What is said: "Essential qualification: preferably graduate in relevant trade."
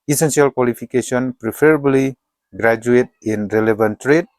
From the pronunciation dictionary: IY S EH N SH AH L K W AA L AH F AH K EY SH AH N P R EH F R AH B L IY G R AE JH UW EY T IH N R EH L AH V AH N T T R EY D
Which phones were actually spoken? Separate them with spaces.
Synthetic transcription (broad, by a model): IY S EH N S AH L K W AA L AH P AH K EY S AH N P R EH P R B L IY G R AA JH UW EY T IH N R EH L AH B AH N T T R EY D